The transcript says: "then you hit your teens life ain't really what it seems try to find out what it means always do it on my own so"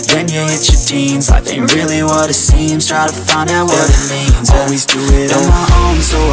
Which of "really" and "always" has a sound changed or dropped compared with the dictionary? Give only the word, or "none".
none